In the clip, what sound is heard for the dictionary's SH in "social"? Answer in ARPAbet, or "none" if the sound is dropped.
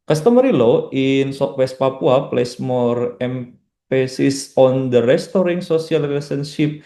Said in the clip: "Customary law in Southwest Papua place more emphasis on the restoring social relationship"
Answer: S